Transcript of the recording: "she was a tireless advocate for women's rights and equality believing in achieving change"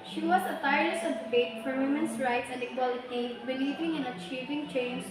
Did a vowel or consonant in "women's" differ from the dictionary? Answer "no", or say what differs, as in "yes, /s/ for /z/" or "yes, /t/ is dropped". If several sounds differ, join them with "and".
yes, /s/ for /z/